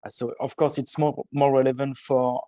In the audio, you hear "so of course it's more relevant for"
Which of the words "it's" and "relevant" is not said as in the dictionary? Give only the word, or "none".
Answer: none